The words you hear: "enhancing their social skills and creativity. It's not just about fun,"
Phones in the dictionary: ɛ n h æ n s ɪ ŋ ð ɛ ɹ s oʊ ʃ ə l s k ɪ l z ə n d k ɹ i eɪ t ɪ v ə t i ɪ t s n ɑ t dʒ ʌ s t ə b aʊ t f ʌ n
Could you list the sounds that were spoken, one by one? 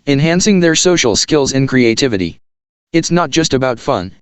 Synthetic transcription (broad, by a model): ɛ n h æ n s ɪ ŋ ð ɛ ɹ s oʊ ʃ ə l s k ɪ l z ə n k ɹ i eɪ t ɪ v ə t i ɪ t s n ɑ t dʒ ʌ s t ə b aʊ t f ʌ n